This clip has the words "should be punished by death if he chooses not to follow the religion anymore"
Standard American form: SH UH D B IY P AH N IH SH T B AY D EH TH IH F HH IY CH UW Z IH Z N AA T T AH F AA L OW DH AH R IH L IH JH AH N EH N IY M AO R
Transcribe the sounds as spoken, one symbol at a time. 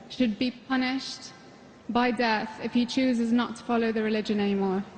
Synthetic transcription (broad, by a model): SH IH D B IY P AH N IH SH T B AY D EH TH IH F HH IY CH UW Z IH Z N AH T T AH F AA L OW DH AH R IH L IH JH AH N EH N IY M AO R